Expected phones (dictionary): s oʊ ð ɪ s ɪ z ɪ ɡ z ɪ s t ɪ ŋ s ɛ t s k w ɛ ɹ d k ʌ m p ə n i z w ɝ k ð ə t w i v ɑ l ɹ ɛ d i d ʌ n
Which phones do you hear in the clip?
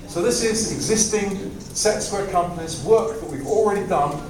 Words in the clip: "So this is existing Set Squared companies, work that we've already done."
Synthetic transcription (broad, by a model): s oʊ ð ɪ s ɪ z ɪ ɡ z ɪ s t ɪ ŋ s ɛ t s w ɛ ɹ k ʌ m p ə n i z w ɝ k ð ə t w i v ɑ l ɹ ɛ d i d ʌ n